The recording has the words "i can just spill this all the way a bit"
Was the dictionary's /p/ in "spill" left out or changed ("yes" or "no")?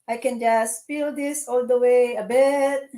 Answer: yes